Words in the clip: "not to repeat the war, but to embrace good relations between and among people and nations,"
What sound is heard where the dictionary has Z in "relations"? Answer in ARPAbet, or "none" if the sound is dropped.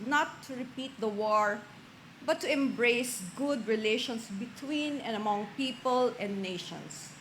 S